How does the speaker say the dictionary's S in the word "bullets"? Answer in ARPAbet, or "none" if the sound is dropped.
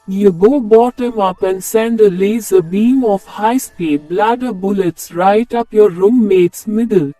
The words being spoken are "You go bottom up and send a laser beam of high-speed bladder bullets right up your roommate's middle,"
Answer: S